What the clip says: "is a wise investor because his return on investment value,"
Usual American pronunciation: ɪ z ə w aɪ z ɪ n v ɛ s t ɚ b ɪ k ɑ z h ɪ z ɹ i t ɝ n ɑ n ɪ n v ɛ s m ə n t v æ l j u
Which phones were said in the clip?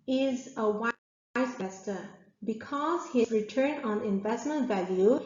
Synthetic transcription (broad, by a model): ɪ z ə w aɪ ɪ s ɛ s t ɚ b ɪ k ɑ z h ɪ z ɹ i t ɝ n ɑ n ɪ n v ɛ s m ə n t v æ l j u